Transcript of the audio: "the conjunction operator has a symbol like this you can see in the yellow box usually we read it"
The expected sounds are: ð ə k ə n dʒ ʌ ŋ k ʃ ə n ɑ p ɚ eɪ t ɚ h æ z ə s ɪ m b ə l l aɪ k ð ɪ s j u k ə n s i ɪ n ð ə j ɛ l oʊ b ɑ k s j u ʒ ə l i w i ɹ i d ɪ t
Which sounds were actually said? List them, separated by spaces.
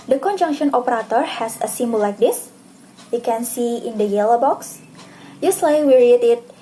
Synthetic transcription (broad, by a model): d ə k ə n dʒ ʌ ŋ k ʃ ə n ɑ p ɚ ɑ t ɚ h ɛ s ə s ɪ m b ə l l aɪ k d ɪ s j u k ə n s i ɪ n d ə j ɛ l oʊ b ɑ k s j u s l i w i ɹ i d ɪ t